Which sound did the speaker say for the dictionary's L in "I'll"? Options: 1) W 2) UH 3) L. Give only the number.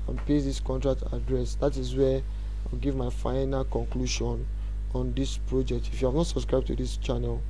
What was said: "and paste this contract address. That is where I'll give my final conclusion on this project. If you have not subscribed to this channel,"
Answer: 1